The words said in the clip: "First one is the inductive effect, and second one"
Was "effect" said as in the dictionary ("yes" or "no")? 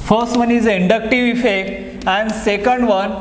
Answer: no